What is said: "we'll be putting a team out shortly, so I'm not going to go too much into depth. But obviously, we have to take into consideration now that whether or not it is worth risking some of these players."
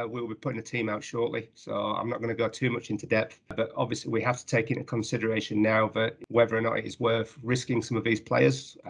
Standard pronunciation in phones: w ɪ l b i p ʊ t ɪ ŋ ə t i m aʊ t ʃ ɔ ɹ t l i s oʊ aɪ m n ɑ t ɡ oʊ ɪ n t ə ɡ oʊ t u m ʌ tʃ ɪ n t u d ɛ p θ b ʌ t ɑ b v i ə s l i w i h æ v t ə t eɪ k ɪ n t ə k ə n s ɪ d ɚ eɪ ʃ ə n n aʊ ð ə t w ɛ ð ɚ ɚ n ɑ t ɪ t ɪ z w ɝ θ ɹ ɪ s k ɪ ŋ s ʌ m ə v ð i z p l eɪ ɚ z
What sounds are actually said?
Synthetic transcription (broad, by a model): w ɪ l b i p ʊ t ɪ ŋ ə t i m aʊ t ʃ ɔ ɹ t l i s oʊ aɪ m n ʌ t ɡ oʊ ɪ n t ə ɡ oʊ t u m ʌ tʃ ɪ n t u d ɛ p θ b ʌ t ɑ b v i ə s l i w i h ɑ f t ə t eɪ k ɪ n t ə k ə n s ɪ d ɚ eɪ ʃ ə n n aʊ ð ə t w ɛ ð ɚ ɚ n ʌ t ɪ t ɪ z w ɝ θ ɹ ɪ s k ɪ ŋ s ʌ m ə v ð i z p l eɪ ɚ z